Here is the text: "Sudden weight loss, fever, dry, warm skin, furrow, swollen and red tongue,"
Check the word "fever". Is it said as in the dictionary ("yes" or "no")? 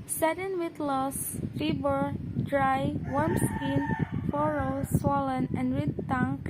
no